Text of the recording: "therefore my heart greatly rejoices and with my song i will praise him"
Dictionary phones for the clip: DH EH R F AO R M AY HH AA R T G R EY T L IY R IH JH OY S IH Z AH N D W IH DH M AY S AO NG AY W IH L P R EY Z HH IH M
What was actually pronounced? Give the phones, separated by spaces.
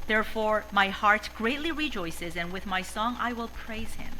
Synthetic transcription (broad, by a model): DH EH R F AO R M AY HH AA R T G R EY T L IY R IH JH OY S IH Z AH N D W IH DH M AY S AO NG AY W IH L P R EY Z HH IH M